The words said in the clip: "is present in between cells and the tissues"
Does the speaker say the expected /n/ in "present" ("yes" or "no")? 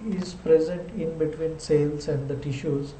yes